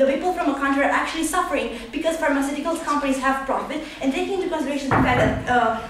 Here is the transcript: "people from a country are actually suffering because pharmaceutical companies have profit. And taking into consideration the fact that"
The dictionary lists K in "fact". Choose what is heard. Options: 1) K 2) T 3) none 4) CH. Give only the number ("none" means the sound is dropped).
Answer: 3